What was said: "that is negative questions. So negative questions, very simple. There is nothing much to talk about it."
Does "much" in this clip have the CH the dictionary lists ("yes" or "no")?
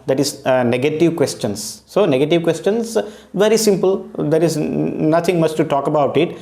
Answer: no